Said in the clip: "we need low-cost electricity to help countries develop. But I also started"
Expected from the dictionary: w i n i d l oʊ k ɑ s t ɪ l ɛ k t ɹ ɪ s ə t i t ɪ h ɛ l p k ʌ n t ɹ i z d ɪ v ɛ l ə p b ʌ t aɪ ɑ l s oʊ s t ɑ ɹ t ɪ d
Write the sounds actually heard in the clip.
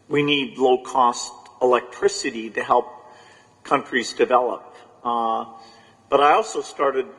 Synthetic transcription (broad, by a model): w i n i d l oʊ k ɑ s t ɪ l ɛ k t ɹ ɪ s ə t i t ɪ h ɛ l p k ʌ n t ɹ i z d ɪ v ɛ l ə p b ʌ t aɪ ɑ l s oʊ s t ɑ ɹ t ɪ d